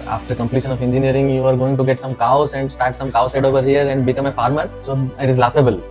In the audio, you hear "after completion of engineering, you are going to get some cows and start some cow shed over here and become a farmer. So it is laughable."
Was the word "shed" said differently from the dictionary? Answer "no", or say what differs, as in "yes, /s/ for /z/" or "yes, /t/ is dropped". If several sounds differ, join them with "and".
yes, /s/ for /ʃ/